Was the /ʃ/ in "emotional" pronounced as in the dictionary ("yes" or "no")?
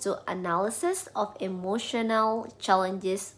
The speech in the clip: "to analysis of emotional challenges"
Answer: yes